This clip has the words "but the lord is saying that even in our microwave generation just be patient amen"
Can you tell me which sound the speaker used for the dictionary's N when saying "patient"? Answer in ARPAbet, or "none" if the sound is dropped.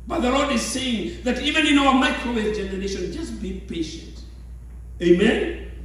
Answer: none